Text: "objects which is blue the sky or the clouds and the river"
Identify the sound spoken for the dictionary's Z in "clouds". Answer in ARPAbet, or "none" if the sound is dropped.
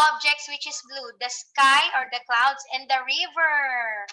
S